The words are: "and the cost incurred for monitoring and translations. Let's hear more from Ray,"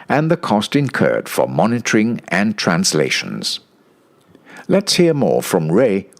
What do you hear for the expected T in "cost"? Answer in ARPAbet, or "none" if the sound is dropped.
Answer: T